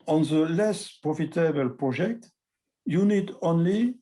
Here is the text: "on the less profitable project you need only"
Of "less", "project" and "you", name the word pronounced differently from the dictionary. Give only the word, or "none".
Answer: project